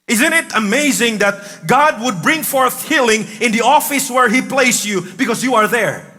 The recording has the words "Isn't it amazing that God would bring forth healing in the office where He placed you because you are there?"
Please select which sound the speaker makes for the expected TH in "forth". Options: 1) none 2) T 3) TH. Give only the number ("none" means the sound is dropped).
3